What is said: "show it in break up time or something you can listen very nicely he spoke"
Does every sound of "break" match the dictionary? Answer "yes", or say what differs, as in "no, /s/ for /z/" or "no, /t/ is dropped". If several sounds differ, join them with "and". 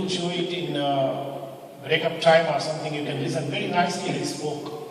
yes